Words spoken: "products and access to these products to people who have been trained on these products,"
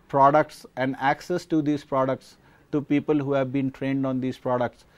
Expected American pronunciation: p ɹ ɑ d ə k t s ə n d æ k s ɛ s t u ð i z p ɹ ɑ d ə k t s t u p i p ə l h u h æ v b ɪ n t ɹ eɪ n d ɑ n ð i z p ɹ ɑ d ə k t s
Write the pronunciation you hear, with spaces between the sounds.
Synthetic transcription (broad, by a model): p ɹ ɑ d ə k t s ə n d æ k s ɛ s t u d i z p ɹ ɑ d ə k t s t u p i p ə l h u h æ v b ɪ n t ɹ eɪ n d ɑ n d i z p ɹ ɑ d ə k t s